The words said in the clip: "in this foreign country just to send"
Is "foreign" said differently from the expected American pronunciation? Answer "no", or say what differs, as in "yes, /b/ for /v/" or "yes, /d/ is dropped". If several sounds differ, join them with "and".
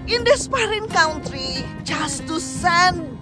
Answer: yes, /p/ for /f/